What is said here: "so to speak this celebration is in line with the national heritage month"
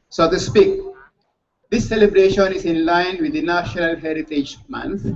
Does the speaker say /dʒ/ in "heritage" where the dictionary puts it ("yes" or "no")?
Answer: yes